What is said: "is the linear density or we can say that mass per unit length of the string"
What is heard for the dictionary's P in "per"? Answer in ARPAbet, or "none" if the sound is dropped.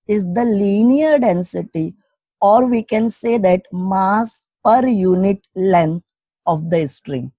P